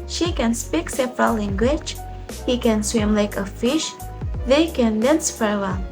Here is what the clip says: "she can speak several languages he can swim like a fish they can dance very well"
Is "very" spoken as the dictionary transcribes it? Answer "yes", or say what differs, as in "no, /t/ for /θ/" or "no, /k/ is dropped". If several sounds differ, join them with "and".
no, /f/ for /v/